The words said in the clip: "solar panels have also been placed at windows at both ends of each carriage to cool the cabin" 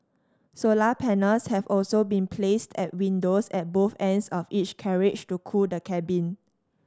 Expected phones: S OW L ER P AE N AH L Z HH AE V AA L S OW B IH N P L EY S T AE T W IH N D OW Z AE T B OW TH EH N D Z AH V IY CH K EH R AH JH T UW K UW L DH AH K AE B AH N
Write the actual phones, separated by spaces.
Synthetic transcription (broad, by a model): S OW L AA P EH N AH L S HH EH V AA L S OW B IH N P L EY S T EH T W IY N D OW S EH T B OW TH EH N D S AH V IY CH K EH R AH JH T UW K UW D AH K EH B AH N